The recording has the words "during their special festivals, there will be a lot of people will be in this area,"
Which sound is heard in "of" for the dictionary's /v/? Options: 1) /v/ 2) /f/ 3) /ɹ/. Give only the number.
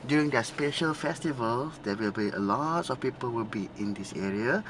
2